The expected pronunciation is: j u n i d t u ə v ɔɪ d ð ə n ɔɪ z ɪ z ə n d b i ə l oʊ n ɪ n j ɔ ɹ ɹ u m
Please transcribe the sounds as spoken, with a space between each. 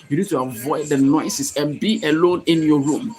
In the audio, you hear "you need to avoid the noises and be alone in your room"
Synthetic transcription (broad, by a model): j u n i d t u ə v ɔɪ d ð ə n ɔɪ s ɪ s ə n b i ə l oʊ n ɪ n j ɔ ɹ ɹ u m